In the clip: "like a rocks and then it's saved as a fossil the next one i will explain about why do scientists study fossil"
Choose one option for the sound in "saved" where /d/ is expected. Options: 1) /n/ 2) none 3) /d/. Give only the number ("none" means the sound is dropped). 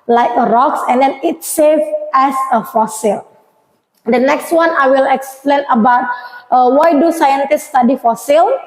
2